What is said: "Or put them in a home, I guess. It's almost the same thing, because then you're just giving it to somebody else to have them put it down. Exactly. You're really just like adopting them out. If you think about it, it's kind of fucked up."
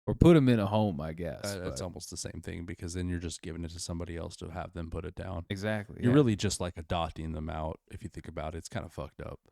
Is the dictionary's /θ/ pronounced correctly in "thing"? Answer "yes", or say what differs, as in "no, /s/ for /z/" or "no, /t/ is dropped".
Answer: yes